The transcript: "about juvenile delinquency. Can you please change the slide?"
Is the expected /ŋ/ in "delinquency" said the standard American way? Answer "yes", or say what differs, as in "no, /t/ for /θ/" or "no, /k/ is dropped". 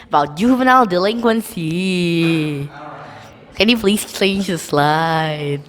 yes